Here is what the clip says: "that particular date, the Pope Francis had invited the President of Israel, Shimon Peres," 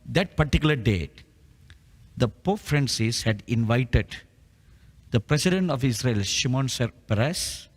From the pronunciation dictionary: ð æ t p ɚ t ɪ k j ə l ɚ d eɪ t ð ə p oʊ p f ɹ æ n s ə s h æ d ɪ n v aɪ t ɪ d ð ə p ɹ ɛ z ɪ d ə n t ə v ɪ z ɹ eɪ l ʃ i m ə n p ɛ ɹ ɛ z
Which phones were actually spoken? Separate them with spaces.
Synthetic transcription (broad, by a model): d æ t p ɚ t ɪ k j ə l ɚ d eɪ t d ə p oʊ f ɹ æ n s ə s h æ d ɪ n v aɪ t ɪ d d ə p ɹ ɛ s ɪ d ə n t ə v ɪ s ɹ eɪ l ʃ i m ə n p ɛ ɹ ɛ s